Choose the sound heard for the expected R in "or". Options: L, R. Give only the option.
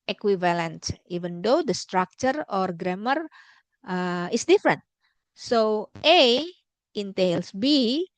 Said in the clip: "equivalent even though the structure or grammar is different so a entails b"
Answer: R